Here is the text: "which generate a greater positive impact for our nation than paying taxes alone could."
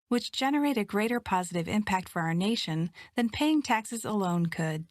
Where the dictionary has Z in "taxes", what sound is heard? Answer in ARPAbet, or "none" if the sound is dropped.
Z